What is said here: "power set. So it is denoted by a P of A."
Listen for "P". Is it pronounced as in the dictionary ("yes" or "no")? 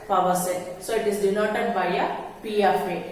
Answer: yes